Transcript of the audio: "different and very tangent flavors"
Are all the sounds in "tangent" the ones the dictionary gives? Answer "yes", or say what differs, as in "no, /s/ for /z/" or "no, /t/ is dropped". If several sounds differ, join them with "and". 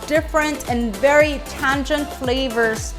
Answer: yes